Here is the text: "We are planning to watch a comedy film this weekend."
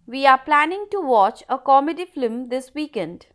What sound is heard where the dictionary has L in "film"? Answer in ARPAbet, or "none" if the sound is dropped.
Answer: none